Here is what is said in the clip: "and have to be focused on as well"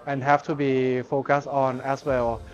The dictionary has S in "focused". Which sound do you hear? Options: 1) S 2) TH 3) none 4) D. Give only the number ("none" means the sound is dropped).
1